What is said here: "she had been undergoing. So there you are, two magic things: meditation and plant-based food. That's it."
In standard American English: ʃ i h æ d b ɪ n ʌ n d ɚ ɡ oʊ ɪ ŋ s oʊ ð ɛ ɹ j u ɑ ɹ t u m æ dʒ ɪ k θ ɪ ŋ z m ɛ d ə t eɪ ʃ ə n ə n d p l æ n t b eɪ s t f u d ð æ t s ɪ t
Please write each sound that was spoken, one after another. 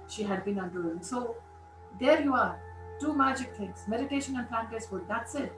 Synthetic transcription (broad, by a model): ʃ i h æ d b ɪ n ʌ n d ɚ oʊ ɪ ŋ s oʊ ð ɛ ɹ j u ɑ ɹ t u m æ dʒ ɪ k t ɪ ŋ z m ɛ d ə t eɪ ʃ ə n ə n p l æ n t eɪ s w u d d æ t s ɪ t